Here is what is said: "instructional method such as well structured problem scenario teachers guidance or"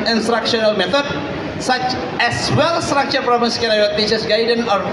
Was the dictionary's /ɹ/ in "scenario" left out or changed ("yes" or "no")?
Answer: yes